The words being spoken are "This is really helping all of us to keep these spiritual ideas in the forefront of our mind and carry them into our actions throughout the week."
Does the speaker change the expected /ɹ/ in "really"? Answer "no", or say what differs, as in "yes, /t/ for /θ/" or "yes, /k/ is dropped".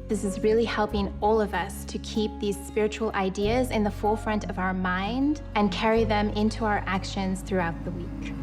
no